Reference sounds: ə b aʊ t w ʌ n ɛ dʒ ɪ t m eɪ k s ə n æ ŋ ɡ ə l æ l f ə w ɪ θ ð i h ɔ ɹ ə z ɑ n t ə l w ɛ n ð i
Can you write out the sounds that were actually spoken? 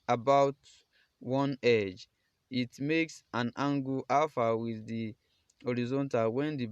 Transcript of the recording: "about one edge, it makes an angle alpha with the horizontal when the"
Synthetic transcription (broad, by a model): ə b aʊ t w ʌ n ɛ dʒ ɪ t m eɪ k s ə n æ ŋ ɡ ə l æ f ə w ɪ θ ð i h ɔ ɹ ə z ɑ n t ə l w ɛ n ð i